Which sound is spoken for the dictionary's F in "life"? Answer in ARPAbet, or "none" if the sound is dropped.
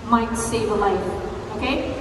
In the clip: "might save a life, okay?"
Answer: none